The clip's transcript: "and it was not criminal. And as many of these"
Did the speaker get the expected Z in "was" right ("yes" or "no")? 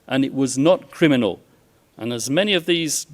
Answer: yes